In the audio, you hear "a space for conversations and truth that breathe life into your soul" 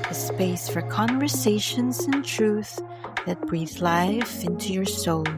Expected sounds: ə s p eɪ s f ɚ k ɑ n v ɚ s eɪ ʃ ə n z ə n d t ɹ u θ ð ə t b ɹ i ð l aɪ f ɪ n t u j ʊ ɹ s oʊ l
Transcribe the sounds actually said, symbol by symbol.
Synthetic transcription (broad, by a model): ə s p eɪ s f ɚ k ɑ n v ɚ s eɪ ʃ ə n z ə n t ɹ u θ ð ə t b ɹ i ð l aɪ f ɪ n t u j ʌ ɹ s oʊ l